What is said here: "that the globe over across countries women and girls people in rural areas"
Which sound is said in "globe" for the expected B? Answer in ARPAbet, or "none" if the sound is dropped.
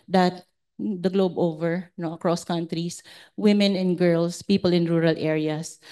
B